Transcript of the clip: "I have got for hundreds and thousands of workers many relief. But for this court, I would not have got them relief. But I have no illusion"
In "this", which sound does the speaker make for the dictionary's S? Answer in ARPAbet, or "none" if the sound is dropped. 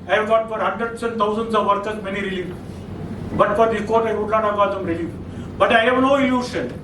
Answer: none